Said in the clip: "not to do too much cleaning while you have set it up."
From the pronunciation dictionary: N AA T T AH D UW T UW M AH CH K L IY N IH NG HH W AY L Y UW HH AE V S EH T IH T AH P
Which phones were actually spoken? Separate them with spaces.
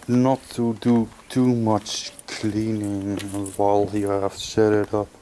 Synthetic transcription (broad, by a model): N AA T T AH D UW T UW M AH CH K L IY N IH NG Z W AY L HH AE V SH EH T IH T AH P